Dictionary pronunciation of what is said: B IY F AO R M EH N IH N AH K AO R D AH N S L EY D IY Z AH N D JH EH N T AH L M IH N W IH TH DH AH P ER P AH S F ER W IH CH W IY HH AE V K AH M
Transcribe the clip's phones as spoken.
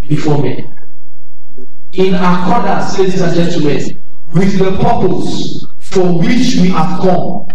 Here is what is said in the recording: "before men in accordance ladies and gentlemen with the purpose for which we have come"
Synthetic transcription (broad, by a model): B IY F AO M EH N IH N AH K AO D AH S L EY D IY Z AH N JH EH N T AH M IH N W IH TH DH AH P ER P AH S F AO W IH CH W IY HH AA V K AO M